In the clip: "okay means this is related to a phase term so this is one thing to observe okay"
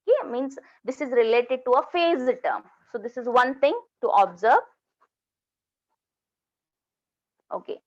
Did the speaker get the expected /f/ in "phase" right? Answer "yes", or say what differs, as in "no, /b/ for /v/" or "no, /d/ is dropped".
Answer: yes